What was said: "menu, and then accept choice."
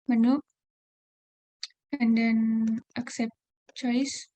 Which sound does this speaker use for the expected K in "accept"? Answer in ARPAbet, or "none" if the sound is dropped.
K